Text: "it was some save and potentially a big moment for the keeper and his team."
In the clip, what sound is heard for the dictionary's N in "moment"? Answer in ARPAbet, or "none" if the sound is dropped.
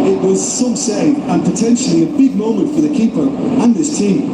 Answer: N